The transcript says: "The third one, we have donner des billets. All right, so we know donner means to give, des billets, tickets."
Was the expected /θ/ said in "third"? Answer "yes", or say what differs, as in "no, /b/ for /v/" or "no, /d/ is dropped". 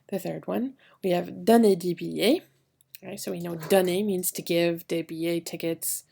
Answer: yes